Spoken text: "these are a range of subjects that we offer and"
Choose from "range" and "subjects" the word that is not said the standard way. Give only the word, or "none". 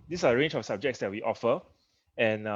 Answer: none